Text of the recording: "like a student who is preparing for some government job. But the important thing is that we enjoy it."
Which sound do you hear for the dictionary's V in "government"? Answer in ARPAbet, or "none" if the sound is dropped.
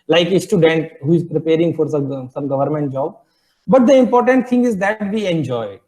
V